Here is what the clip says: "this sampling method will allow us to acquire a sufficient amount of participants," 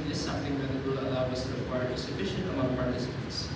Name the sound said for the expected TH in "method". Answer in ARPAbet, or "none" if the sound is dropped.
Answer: T